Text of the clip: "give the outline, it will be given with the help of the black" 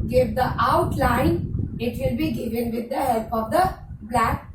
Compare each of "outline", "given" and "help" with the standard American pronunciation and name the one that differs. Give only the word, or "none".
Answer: none